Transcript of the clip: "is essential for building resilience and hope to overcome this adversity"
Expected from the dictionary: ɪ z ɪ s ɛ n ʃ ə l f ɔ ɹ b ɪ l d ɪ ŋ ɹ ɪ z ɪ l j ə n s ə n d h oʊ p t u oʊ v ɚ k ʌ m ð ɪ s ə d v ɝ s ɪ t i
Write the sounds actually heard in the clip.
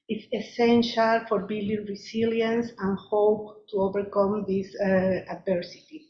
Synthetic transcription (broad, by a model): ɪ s ɪ s ɛ n ʃ ə l f ɔ ɹ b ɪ l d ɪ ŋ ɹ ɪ s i l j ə n s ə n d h oʊ p t u oʊ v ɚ k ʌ m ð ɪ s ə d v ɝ s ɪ t i